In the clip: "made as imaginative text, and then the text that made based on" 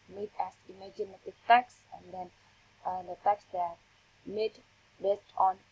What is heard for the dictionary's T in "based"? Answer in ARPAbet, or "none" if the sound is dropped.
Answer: T